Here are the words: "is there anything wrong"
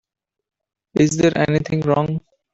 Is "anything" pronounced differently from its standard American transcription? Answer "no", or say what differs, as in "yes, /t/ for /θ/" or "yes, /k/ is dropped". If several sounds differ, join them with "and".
yes, /t/ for /θ/